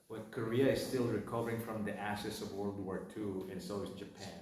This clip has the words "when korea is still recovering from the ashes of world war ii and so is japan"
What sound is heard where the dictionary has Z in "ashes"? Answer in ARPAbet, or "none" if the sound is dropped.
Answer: S